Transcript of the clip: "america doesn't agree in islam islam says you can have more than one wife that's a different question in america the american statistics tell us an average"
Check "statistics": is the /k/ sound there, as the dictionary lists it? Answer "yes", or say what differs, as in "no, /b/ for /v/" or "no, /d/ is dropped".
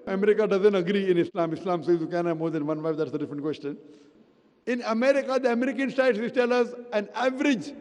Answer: no, /k/ is dropped